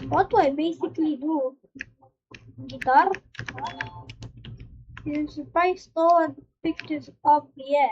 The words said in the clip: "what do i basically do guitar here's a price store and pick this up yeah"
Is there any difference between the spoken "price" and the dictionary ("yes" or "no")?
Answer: yes